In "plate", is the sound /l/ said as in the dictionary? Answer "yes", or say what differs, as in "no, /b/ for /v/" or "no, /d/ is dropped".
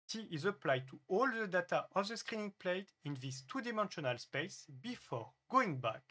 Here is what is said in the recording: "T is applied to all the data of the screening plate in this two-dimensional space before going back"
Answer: yes